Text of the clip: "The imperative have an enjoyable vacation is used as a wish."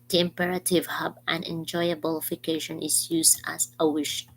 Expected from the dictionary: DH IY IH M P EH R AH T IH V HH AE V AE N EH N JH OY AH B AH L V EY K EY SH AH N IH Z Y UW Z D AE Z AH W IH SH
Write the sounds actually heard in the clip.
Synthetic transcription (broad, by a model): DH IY IH M P EH R AH T IH V HH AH B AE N EH N JH OY AH B AH L F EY K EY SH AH N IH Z Y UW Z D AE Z AH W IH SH